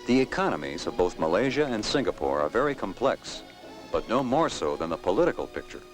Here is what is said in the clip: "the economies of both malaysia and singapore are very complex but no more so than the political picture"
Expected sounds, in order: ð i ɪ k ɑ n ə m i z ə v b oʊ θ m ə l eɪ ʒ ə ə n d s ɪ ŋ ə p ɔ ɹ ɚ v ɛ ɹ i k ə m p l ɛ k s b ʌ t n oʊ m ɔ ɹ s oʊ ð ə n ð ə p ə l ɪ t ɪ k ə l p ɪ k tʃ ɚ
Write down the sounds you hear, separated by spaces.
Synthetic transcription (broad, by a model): ð i ɪ k ɑ n ə m i z ə v b oʊ θ m ə l eɪ ʒ ə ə n s ɪ ŋ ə p ɔ ɹ ɚ v ɛ ɹ i k ə m p l ɛ k s b ʌ t n oʊ m ɔ ɹ s oʊ ð ə n ð ə p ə l ɪ t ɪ k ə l p ɪ k tʃ ɚ